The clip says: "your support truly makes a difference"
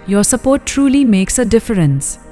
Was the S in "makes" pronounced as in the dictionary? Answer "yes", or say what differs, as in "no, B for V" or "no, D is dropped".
yes